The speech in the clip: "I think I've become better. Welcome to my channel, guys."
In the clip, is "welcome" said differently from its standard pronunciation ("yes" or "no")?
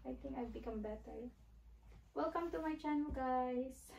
no